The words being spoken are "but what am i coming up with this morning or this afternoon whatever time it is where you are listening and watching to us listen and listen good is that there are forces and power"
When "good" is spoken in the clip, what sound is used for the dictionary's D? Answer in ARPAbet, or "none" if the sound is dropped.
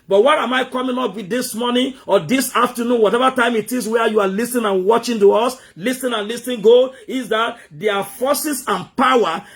none